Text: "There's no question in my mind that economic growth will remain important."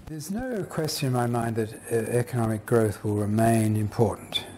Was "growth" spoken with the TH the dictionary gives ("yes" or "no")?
yes